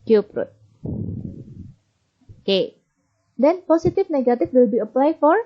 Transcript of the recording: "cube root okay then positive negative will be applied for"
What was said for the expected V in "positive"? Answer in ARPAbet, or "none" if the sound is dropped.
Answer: F